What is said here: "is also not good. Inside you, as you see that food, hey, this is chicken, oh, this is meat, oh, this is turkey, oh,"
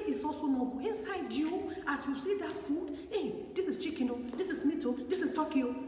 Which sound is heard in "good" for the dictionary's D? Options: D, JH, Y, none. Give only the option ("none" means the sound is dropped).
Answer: none